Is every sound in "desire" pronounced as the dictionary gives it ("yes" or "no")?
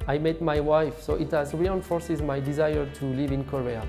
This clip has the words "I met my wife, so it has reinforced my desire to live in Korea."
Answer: yes